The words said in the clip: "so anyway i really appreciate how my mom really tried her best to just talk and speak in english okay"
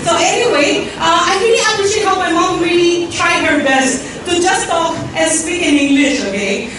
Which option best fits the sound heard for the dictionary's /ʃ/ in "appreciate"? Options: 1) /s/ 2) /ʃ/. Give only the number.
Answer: 1